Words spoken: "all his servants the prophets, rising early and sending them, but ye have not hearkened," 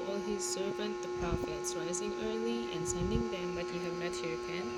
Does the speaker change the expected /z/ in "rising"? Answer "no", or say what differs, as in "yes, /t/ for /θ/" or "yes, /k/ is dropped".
no